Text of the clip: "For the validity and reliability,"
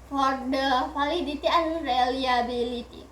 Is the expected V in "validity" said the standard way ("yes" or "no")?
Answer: no